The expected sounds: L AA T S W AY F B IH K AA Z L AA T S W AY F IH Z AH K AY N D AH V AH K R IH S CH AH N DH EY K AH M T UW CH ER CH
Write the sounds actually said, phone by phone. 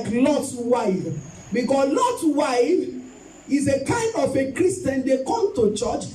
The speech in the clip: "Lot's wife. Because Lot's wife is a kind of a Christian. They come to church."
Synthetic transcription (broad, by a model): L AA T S W AY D B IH K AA S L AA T W AY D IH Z AH K AY N D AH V AH K R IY S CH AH N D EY K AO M T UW CH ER CH